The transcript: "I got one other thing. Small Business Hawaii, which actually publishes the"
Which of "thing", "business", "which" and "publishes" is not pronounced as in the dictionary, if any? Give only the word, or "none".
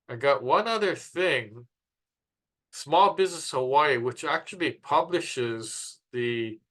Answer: none